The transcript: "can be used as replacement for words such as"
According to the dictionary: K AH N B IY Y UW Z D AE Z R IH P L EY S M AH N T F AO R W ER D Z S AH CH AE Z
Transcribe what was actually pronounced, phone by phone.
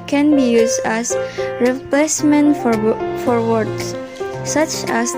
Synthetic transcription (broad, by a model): K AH N B IY Y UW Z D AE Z R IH P L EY S M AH N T F AO R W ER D S AH CH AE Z